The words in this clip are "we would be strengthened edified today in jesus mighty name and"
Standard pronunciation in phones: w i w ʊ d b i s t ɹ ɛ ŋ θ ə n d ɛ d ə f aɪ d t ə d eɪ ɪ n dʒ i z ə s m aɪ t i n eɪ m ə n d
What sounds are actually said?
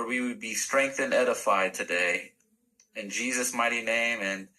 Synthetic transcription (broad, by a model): w i w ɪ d b i s t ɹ ɛ ŋ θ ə n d ɛ d ə f aɪ d t ə d eɪ ɪ n dʒ i z ə s m aɪ t i n eɪ m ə n